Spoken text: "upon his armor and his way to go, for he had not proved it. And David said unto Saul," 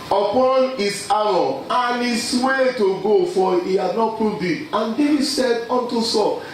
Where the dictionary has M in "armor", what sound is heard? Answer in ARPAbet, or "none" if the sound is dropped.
none